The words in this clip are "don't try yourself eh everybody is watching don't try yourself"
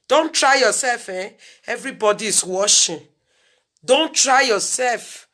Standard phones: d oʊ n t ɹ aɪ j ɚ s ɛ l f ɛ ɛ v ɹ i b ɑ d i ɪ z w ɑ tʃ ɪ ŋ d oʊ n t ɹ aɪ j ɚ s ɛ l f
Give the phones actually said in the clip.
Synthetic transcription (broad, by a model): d oʊ n t ɹ aɪ j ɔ s ɛ l f ɛ ɛ v ɹ i b ɑ d i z w ɑ ʃ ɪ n d oʊ n t ɹ aɪ j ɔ s ɛ l f